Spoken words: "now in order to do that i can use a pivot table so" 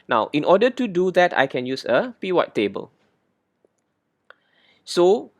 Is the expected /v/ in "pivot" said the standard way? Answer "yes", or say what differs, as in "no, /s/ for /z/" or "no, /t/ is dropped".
no, /w/ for /v/